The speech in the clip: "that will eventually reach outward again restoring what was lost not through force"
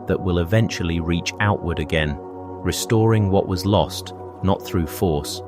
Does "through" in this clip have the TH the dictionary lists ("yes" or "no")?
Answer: yes